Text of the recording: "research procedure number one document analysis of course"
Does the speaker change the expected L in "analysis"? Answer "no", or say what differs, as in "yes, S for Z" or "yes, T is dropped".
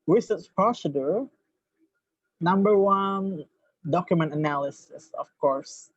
no